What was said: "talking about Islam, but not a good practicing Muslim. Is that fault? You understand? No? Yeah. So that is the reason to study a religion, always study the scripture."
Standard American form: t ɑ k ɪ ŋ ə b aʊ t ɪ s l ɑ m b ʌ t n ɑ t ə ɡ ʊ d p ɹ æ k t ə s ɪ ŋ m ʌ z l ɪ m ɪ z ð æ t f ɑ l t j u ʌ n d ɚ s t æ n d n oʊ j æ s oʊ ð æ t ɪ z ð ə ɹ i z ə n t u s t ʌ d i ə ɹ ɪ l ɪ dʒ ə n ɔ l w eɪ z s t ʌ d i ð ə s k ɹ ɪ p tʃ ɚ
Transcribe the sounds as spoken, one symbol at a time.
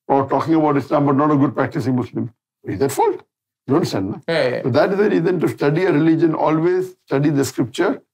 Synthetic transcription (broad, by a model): t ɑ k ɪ ŋ ə b aʊ t ɪ s l ɑ m b ʌ t n ɑ t ə ɡ ʊ d p ɹ æ k t ə s ɪ ŋ m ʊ s l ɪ m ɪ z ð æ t f ɑ l t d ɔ n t s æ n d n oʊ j s oʊ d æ t ɪ z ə ɹ i z ə n t u s t ʌ d i ə ɹ ɪ l ɪ dʒ ə n ɔ l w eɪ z s t ʌ d i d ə s k ɹ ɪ p tʃ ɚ